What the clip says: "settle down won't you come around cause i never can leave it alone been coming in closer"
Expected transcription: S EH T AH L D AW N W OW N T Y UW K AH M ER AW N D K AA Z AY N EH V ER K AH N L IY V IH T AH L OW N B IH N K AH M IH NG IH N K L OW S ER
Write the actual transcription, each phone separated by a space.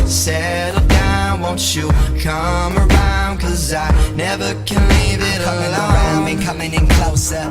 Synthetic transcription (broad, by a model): S EH T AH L D AW N W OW N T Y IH K AH M ER AW N D K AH Z AY N EH V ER K AH N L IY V IH T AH OW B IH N K AH M IH NG IH N K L OW S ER